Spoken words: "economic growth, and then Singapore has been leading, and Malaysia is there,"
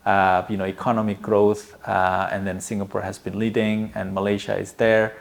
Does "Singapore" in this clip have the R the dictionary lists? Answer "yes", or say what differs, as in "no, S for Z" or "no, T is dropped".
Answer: yes